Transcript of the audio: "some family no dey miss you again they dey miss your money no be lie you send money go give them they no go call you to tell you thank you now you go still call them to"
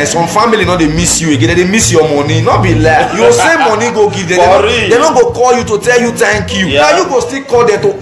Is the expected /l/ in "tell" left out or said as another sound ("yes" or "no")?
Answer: no